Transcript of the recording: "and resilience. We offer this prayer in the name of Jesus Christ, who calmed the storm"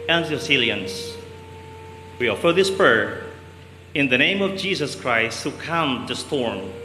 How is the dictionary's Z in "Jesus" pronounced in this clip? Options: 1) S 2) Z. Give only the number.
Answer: 1